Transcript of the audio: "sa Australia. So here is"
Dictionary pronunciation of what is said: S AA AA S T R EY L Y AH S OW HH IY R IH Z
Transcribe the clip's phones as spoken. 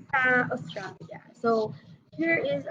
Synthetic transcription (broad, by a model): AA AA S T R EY Y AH S OW HH IY R IH Z